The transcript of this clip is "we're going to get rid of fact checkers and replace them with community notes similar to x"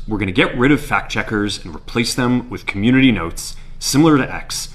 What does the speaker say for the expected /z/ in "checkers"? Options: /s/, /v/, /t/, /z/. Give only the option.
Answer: /z/